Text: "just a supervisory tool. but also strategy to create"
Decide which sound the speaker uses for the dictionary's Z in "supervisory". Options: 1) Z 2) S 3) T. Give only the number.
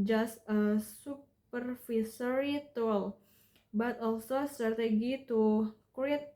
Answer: 2